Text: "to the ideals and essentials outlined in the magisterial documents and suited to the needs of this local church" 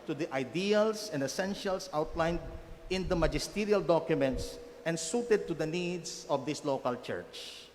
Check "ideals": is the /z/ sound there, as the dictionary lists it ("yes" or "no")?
no